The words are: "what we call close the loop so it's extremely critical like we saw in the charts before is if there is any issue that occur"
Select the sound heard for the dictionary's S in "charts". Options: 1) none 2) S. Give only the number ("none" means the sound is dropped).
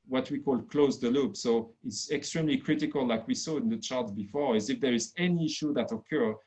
1